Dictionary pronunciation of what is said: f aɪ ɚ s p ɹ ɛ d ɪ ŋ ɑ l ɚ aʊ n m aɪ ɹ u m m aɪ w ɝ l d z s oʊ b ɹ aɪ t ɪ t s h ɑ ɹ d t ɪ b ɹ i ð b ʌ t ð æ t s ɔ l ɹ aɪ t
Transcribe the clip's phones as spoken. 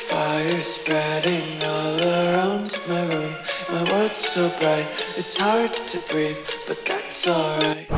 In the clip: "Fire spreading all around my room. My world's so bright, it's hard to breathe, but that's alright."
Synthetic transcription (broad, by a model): f aɪ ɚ s p ɹ ɛ d ɪ ŋ ɑ l ɚ aʊ n m aɪ ɹ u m m aɪ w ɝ d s s oʊ b ɹ aɪ t ɪ t s h ɑ ɹ d t ɪ b ɹ i ð b ʌ t ð æ t s ɔ l ɹ aɪ t